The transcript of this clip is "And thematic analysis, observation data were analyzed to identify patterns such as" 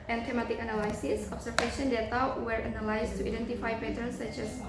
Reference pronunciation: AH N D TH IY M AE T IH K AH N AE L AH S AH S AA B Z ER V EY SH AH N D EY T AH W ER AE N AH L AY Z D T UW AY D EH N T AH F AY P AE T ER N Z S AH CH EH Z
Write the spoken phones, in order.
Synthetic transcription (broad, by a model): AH N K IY M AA T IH K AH N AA L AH S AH S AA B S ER F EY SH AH N D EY T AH W ER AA N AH L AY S T UW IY D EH N T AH F AY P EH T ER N S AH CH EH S